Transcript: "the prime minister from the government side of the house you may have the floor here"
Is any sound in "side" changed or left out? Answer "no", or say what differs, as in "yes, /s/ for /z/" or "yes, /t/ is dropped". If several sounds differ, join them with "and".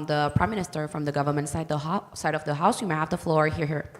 no